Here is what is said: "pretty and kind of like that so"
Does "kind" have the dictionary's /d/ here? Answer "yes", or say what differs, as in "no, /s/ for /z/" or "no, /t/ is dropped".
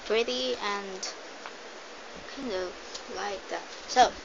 yes